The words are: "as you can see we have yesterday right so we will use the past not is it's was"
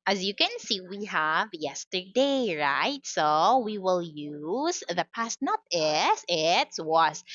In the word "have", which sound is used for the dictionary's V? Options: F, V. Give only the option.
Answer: V